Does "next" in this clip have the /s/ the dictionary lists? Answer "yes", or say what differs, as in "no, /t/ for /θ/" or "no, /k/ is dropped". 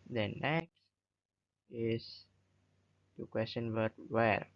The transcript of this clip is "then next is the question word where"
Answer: yes